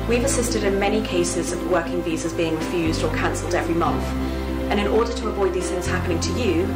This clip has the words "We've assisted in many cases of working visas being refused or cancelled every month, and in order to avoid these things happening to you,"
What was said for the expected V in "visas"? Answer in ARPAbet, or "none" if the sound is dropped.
V